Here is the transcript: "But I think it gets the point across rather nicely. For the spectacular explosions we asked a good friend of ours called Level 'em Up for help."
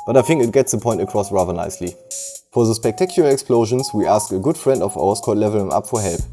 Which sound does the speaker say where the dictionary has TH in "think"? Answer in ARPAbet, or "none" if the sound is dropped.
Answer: TH